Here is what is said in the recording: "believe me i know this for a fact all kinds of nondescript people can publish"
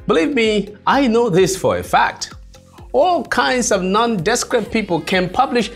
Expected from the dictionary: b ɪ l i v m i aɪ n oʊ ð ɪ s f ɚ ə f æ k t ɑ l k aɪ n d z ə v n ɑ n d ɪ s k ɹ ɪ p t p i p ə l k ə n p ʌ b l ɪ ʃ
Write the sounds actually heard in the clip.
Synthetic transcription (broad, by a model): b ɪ l i v m i aɪ n oʊ ð ɪ s f ɚ ə f æ k t ɑ l k aɪ n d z ə v n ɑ n d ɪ s k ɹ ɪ t p i p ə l k ə n p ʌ b l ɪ ʃ